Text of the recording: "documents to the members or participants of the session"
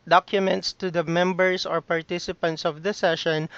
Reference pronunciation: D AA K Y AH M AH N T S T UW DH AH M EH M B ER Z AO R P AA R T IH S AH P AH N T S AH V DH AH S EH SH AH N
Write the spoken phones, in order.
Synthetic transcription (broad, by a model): D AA K Y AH M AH N T S T UW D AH M EH M B ER S AO R P AA R T IH S AH P AH N T S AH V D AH S EH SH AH N